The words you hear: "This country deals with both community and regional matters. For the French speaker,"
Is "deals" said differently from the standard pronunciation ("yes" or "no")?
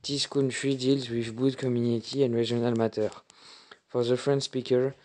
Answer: no